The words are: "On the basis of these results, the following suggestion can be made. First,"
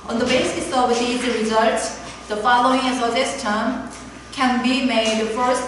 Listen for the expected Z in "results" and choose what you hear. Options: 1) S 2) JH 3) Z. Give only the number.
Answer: 3